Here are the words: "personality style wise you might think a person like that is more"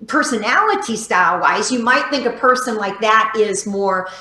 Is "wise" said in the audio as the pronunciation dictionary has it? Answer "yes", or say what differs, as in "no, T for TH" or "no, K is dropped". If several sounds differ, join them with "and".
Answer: yes